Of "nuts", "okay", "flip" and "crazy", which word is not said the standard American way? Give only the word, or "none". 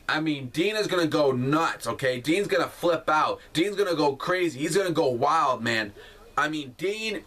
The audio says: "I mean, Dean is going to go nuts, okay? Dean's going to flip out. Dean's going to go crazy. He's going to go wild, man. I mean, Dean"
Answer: none